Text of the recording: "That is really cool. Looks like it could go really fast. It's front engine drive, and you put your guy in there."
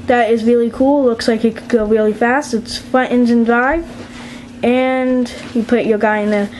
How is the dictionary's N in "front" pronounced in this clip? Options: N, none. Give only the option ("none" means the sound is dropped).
none